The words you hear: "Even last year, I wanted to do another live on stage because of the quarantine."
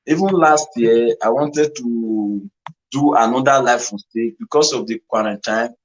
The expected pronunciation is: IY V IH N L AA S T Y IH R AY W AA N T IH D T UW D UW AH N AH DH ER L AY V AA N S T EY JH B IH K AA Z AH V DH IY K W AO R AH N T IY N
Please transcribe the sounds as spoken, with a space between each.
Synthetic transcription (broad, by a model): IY V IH N L AA S T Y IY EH AY W AA N T IH D T UW D UW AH N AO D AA L AY F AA S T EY B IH K AA S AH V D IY K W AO R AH N T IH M